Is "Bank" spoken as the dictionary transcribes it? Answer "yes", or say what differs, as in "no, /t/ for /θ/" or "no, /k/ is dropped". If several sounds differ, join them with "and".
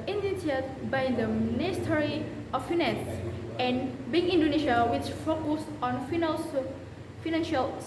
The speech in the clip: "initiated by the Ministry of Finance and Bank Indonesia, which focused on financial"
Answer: no, /k/ is dropped